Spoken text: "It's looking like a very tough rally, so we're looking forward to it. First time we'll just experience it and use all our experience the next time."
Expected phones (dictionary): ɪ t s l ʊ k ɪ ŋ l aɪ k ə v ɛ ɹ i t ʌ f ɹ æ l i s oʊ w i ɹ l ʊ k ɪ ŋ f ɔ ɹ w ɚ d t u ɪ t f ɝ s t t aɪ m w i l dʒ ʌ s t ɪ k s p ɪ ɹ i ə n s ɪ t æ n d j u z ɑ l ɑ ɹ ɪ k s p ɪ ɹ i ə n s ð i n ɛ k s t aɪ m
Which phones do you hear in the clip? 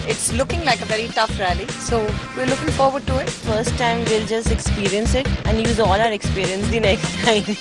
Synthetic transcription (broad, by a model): ɪ t s l ʊ k ɪ ŋ l aɪ k ə v ɛ ɹ i t ʌ f ɹ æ l i s oʊ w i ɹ l ʊ k ɪ ŋ f ɔ ɹ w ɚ d t u ɪ t f ɝ s t t aɪ m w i l dʒ ʌ s t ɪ k s p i ɹ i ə n s ɪ t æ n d j u z ɑ l ɑ ɹ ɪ k s p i ɹ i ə n s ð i n ɛ k s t aɪ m